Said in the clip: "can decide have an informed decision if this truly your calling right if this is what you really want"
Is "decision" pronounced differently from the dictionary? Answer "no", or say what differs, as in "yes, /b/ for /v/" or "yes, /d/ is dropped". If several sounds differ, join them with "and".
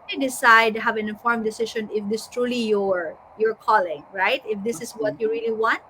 yes, /ʃ/ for /ʒ/